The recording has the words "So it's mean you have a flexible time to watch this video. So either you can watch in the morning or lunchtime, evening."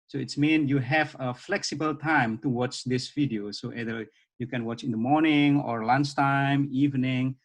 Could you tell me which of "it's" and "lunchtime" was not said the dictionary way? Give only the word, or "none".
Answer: lunchtime